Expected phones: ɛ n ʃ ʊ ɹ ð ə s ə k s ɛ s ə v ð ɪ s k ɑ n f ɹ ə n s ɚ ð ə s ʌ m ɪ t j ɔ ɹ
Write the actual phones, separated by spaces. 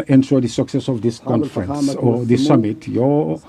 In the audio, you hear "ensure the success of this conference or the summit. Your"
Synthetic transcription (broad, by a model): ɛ n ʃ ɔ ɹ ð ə s ə k s ɛ s ə v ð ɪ s k ɑ n f ɹ ə n s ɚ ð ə s ʌ m ɪ t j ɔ